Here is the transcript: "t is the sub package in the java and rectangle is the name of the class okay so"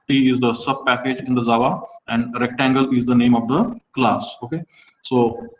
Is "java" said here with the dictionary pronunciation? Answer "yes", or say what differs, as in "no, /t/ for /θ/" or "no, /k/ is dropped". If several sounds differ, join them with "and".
no, /z/ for /dʒ/